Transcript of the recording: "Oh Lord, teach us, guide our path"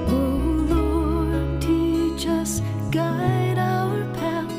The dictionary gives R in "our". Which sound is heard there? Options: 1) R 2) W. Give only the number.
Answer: 2